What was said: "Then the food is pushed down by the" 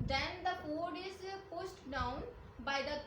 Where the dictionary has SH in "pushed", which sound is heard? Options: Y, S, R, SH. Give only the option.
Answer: S